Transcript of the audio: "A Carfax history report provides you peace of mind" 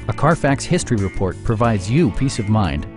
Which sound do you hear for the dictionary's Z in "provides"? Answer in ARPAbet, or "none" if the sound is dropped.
Z